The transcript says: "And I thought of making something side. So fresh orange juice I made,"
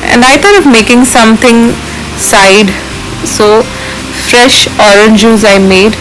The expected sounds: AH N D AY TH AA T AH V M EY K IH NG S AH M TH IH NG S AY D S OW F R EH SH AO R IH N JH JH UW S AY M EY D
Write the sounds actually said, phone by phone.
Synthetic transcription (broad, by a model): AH N D AY T AA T AH V M EY K IH NG S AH M T IH NG S AY D S OW F R EH SH AO R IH N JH JH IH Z AY M EY D